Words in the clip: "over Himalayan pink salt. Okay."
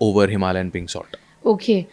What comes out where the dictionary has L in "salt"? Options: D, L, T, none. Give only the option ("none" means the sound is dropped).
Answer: none